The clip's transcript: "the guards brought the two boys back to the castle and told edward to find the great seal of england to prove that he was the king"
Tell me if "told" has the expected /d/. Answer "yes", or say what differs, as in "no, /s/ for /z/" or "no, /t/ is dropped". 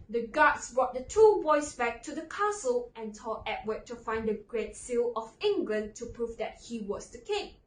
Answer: no, /d/ is dropped